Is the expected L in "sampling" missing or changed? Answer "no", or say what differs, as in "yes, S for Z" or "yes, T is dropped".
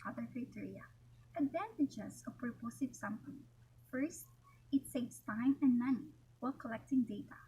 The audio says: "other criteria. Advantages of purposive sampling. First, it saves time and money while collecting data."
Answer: yes, L is dropped